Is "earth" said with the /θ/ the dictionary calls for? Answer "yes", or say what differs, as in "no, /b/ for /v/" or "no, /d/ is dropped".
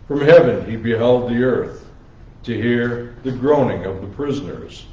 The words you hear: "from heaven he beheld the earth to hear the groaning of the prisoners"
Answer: yes